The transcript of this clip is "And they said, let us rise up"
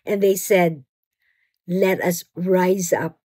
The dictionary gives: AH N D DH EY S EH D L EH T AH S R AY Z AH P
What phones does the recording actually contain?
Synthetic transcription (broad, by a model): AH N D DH EY S EH D L EH T AH S R AY Z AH P